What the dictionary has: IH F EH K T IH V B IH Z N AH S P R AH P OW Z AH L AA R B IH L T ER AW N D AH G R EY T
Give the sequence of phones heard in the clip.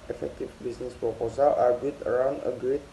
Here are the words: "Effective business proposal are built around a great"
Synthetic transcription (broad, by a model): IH F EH K T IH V B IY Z N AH S P R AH P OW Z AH L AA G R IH T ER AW N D AH G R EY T